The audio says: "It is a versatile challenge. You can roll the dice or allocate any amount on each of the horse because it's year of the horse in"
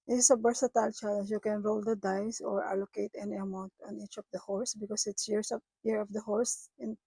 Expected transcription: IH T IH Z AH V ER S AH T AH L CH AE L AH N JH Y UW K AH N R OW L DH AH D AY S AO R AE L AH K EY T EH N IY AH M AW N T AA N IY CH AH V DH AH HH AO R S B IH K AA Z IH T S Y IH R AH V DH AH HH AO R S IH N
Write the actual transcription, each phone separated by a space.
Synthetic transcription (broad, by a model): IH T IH S AH B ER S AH T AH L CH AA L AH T Y UW K AH N R OW L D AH D AY S AO R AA L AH K EY T EH N IY AH M AW N T AA N IY CH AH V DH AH HH AO R S B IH K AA S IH T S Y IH R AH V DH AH HH AO R S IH N